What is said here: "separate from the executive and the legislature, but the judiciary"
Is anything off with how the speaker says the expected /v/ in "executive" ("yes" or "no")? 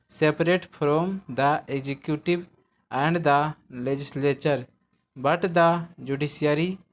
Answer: yes